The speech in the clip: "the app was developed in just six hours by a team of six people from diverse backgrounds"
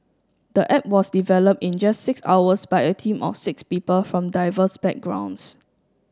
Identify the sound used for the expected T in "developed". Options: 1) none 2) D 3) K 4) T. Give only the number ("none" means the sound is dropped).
4